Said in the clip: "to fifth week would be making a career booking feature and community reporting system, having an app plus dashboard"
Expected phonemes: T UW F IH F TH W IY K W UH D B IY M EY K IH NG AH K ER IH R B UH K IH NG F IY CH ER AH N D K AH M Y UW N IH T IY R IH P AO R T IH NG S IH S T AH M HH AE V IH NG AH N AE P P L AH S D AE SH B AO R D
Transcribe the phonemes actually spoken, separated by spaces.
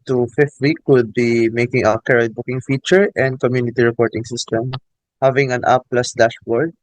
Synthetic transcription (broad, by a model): T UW F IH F T W IY K W UH D B IY M EY K IH NG AH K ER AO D B UH K IH NG F IY CH ER AH N D K AH M Y UW N IH T IY R IH P AO R T IH NG S IH S T AH M HH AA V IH NG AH N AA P P L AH S D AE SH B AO R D